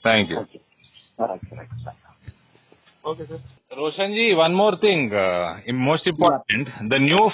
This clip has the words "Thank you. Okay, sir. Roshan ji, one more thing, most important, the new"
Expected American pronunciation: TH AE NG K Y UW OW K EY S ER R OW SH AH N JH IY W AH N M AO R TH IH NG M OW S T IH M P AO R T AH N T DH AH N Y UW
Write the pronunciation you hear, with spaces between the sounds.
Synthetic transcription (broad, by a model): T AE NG K Y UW OW K EY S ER R OW SH AH N JH IY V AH N M AO R T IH NG M OW S T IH M P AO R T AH N T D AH N Y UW